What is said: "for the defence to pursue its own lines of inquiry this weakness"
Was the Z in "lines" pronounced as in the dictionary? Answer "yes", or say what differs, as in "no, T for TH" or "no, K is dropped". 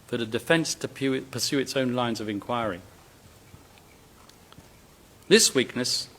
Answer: yes